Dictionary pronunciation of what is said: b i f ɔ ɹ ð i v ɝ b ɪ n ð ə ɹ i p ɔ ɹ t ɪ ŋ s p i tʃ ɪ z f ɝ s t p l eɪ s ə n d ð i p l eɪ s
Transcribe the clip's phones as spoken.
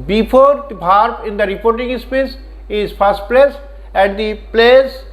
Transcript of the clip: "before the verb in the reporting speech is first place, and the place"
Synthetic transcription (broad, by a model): b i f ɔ ɹ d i b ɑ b ɪ n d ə ɹ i p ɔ ɹ t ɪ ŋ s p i s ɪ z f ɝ s t p l eɪ s ə n d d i p l eɪ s